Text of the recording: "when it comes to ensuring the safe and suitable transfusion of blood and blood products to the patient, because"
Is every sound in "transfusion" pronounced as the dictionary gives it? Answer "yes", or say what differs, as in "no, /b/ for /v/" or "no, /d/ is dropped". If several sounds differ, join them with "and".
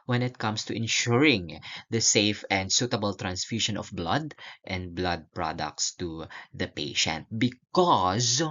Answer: no, /ʃ/ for /ʒ/